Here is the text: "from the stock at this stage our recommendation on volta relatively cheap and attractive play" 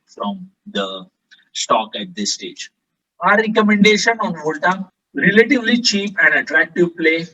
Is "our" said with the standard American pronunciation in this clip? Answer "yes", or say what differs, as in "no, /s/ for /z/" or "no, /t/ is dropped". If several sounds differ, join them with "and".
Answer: yes